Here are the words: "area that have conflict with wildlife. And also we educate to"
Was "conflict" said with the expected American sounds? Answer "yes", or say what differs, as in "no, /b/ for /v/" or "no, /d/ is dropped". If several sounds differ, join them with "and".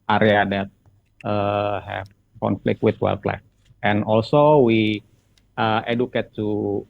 yes